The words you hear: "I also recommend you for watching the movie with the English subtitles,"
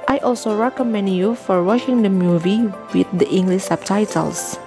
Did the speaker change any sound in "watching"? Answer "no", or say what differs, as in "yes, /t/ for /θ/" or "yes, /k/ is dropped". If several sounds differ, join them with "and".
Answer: yes, /ʃ/ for /tʃ/